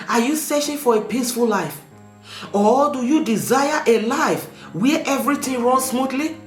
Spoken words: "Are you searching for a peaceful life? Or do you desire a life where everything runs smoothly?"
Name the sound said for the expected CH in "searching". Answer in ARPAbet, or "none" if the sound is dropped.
SH